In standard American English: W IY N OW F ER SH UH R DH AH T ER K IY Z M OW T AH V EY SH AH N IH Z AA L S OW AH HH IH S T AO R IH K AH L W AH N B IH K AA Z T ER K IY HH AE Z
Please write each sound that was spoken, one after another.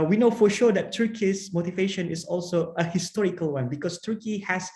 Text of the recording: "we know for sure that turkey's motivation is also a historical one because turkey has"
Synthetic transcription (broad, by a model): W IY N OW F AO SH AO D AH T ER K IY S M OW T AH V EY SH AH N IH S AA L S OW AH HH IH S T AO R IH K AH L W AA N B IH K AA S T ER K IY HH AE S